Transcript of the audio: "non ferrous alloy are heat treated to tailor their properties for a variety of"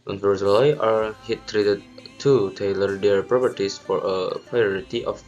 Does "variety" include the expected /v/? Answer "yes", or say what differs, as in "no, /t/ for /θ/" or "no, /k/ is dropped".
no, /p/ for /v/